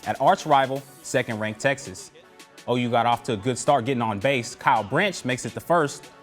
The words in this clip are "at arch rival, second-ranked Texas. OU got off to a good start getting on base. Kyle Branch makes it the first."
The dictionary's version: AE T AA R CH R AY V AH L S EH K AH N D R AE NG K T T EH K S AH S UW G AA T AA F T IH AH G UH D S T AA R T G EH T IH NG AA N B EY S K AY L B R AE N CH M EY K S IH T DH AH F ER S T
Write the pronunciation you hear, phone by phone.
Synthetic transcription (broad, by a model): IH T AA R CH R AY V L S EH K AH N D R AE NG K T T EH K S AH S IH G AA T AA F T IH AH G UH D S T AA R T G EH T IH NG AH N B EY S K AY L B R AE N CH M EY K S IH T DH AH F ER S T